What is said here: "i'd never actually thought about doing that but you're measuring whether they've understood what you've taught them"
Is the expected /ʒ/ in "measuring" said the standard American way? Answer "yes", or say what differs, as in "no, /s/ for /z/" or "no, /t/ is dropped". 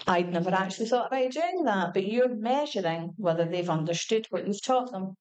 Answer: yes